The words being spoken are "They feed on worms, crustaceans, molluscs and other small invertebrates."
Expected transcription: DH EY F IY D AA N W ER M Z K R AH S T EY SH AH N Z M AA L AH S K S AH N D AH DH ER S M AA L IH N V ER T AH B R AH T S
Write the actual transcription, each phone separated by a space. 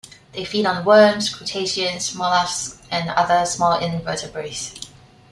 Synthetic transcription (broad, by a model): DH EY F IY D AA N W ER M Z K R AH T EY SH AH N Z M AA L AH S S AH N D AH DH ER S M AA L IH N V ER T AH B R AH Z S